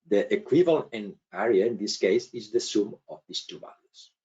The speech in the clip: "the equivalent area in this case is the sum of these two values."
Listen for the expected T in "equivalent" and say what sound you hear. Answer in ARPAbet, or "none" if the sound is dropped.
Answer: none